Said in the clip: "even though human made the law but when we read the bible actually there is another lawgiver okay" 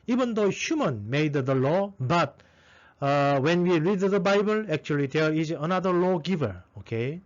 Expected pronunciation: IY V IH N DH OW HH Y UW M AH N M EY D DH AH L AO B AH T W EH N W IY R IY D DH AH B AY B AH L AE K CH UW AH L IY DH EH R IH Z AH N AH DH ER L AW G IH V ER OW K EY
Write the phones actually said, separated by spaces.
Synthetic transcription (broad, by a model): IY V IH N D OW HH Y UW M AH N M EY D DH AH L AO B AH T W EH N W IY R IY D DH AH B AY B AH L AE K CH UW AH L IY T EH L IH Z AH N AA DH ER L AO G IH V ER OW K EY